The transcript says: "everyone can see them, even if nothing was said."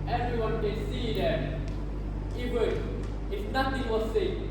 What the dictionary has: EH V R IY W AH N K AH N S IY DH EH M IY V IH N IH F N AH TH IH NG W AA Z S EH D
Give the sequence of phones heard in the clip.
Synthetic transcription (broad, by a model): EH V R IY W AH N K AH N S IY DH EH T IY W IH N IH F N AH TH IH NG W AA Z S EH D